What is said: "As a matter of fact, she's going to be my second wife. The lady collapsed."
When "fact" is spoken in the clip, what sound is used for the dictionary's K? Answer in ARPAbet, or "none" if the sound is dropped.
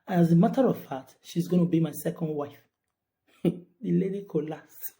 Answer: none